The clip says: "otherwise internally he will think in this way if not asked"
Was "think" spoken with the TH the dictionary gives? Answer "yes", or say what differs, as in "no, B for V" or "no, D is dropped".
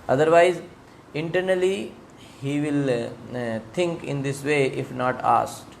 no, T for TH